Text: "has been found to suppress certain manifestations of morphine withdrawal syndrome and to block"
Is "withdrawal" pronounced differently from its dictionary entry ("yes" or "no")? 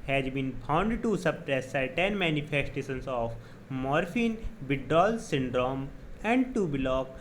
yes